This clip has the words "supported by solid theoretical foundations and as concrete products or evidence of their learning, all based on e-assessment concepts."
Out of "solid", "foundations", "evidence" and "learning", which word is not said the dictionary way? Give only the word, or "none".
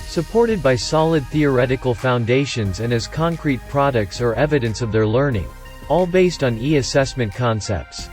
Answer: none